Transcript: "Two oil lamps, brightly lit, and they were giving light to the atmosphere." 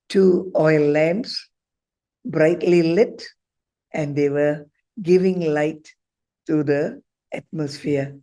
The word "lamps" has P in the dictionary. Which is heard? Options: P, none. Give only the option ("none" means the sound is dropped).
none